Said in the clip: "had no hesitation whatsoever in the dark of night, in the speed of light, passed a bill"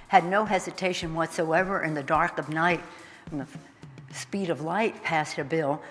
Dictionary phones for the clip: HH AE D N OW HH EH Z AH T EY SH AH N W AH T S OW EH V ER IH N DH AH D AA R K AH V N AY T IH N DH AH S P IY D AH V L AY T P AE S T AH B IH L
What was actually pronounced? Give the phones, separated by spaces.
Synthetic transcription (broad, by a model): HH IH D N OW HH EH Z AH T EY SH AH N W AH T S OW EH V ER IH N DH AH D AA R K AH V N AY T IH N DH AH S P IY D AH V L AY T P AE S T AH B IH L